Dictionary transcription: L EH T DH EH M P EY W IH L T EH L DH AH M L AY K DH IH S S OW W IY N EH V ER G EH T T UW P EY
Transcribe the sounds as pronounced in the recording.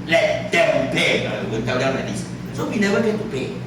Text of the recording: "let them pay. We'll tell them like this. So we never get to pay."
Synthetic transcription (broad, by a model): L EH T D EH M P EY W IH N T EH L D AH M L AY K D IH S S OW W IY N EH V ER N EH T T UW P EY